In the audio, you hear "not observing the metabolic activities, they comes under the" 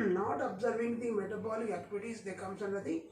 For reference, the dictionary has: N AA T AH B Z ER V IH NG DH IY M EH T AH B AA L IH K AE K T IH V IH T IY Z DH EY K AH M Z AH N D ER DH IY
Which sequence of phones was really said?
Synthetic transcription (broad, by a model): N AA T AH B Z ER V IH NG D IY M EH T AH B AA L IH AE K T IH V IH T IY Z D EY K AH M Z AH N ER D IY